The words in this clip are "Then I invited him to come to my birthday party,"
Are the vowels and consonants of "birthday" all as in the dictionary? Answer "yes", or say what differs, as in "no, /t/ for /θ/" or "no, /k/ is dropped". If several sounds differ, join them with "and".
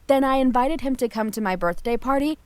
yes